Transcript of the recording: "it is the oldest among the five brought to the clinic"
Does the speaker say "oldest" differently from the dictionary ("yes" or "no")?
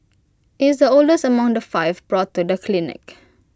yes